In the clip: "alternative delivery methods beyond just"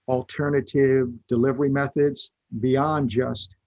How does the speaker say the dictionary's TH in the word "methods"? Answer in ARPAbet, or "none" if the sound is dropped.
TH